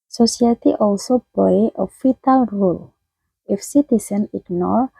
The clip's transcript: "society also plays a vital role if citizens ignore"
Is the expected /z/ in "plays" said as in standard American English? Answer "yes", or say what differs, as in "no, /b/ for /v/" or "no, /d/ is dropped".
no, /z/ is dropped